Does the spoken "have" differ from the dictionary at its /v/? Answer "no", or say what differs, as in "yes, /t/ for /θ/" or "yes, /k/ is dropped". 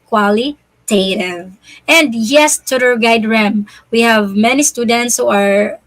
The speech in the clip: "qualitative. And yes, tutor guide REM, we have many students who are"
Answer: no